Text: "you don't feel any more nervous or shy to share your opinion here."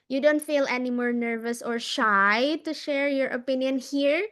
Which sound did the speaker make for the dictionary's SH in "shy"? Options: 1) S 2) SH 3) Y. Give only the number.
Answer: 2